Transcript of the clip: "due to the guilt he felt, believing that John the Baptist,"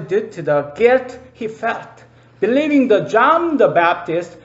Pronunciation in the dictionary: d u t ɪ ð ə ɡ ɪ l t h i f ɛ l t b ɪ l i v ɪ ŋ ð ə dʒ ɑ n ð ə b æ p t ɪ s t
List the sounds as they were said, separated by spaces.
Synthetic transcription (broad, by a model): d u t ɪ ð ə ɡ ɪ t h i f ɛ l t b ɪ l i v ɪ ŋ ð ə dʒ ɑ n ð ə b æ p t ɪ s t